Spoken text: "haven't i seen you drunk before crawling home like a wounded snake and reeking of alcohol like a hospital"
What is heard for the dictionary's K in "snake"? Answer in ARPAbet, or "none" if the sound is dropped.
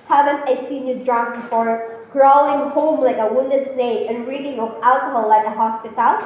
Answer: none